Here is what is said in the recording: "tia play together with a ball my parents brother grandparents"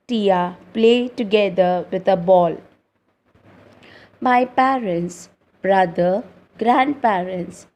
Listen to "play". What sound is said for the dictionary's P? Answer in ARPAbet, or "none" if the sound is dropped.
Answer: P